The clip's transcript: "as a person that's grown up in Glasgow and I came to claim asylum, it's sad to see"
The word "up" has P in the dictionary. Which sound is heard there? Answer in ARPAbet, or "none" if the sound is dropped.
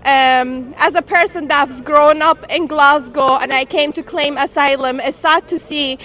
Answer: P